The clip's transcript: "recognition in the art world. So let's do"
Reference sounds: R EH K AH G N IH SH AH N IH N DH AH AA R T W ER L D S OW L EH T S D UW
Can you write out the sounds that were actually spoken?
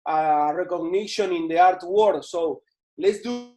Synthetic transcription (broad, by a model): R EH K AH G N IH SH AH N IH N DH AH AA R T W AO D S OW L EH T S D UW